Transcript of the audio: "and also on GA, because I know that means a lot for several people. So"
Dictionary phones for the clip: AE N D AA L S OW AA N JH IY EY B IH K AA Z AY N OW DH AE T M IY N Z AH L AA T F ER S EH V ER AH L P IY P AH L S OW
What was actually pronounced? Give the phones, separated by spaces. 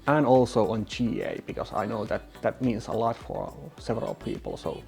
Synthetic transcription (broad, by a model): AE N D AA L S OW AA N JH IY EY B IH K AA S AY N OW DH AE T M IY N S AH L AA T F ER S EH V ER AH L P IY P AH L S OW